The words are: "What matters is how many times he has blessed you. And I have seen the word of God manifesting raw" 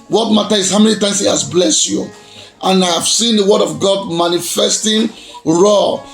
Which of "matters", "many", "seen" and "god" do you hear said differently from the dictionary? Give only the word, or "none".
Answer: matters